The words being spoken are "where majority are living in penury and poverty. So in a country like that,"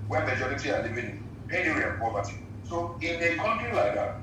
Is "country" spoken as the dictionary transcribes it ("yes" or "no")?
no